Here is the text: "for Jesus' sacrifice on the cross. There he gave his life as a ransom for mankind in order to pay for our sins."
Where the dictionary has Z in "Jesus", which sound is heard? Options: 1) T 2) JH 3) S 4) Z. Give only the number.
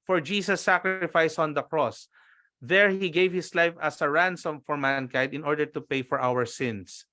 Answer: 3